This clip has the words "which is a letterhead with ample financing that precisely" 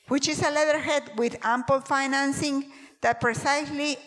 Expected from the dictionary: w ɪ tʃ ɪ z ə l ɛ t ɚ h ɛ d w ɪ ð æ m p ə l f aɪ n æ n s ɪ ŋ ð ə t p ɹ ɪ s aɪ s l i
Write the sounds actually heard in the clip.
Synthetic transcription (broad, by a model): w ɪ tʃ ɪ s ə l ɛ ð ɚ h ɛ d w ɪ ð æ m p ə l f aɪ n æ n s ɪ ŋ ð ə t p ɹ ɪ s aɪ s l i